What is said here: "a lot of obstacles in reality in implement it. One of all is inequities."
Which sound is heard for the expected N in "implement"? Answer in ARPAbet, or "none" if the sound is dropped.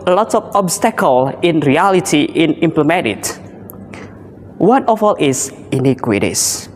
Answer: none